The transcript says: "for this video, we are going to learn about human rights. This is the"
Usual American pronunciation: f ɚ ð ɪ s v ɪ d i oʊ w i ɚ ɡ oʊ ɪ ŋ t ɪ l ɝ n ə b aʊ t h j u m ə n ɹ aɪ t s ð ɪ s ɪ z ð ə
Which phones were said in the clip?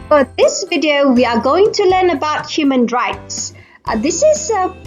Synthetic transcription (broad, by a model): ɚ ð ɪ s v ɪ d i oʊ w i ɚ ɡ oʊ ɪ ŋ t ɪ l ɝ n ə b aʊ t h j u m ə n ɹ aɪ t s ð ɪ s ɪ z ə